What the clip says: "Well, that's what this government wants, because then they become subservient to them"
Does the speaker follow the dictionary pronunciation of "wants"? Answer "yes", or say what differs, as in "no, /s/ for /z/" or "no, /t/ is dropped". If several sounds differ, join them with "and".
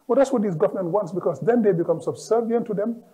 yes